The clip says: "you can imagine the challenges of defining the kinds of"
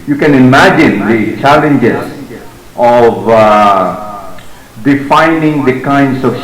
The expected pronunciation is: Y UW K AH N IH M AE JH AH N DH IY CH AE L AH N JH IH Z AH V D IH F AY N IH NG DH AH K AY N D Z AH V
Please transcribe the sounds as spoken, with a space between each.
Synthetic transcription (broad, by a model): Y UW K AH N IH M AE JH AH N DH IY CH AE L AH N JH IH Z AH V D IH F AY N IH NG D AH K AY N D S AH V